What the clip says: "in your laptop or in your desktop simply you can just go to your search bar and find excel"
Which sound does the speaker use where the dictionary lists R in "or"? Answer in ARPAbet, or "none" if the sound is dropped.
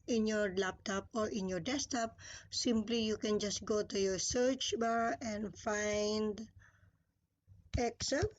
R